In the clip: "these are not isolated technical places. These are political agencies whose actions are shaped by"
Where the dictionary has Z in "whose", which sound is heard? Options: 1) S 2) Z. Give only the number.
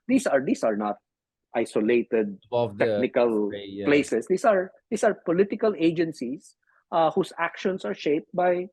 1